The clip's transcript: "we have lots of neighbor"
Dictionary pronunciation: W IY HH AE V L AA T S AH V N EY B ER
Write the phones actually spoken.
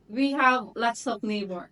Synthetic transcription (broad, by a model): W IY HH AE V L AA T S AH P N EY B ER